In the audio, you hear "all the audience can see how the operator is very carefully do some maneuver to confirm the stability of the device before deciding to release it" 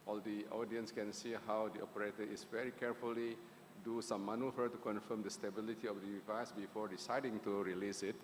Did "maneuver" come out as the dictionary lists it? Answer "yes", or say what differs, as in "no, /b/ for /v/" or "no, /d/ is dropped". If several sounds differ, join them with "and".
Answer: no, /f/ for /v/